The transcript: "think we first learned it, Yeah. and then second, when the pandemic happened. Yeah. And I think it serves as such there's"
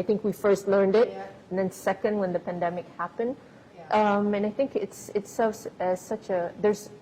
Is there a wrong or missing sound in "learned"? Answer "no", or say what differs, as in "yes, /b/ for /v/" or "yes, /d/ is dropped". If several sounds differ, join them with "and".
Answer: no